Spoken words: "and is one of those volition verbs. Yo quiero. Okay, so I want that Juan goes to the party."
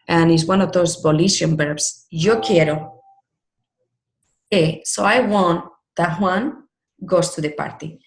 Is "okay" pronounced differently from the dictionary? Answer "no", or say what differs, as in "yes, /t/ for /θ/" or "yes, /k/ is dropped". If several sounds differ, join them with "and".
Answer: yes, /k/ is dropped